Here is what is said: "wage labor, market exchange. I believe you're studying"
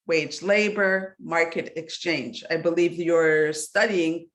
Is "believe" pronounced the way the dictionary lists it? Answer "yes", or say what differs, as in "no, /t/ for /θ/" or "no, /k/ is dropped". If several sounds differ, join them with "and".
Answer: yes